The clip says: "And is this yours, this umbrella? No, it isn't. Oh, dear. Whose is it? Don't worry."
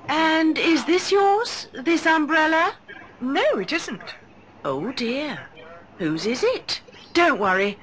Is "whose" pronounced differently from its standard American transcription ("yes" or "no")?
no